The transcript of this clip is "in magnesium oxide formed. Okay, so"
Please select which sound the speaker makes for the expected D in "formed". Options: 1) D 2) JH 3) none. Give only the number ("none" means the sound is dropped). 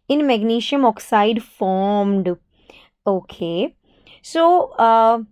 1